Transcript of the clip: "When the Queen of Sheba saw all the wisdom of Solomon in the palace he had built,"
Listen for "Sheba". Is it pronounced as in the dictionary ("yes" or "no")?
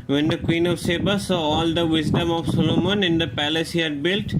no